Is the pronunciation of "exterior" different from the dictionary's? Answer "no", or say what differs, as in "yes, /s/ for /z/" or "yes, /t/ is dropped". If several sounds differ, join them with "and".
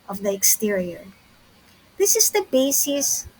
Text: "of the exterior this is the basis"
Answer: no